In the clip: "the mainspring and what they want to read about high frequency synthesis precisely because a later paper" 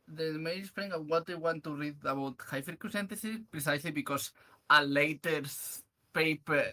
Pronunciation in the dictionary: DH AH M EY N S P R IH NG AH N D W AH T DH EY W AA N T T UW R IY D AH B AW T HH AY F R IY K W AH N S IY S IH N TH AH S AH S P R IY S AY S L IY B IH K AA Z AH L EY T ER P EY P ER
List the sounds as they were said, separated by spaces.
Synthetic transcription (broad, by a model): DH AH M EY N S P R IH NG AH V W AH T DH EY W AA N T T UW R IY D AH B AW T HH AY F IY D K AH S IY N T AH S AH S P R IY S AY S L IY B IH K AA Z AH L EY T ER P EY P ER